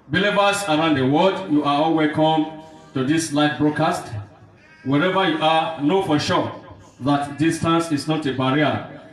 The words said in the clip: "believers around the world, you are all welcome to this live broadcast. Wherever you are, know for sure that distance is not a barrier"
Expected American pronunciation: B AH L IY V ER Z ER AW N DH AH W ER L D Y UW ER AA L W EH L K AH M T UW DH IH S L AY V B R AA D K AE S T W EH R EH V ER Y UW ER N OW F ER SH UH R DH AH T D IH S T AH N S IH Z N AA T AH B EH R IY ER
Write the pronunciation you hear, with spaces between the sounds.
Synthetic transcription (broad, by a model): B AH L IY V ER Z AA AW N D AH W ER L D Y UW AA AA L W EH K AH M T UW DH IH S L AY F B R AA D K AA S T W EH R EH V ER Y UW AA N OW F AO SH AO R DH AH T D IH S T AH N S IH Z N AA T AH B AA R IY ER